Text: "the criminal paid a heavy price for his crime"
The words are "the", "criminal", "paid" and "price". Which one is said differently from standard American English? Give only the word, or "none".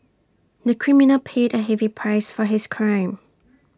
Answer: none